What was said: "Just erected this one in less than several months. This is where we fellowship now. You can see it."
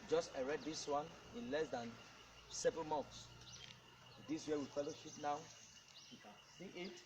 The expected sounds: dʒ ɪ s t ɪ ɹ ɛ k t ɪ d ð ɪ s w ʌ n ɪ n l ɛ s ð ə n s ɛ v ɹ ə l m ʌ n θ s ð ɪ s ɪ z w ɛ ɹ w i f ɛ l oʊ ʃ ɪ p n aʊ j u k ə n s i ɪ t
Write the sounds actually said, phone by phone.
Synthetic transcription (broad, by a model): dʒ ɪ s t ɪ ɹ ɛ t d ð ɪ s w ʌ n ɪ n l ɛ s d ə n s ɛ v ɹ ə l m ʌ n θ s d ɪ s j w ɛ w i f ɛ l oʊ ʃ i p n aʊ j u k ə n s i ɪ t